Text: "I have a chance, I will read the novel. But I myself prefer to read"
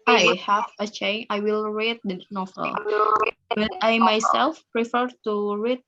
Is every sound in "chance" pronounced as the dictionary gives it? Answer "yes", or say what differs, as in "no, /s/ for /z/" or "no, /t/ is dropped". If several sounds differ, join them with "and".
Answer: no, /s/ is dropped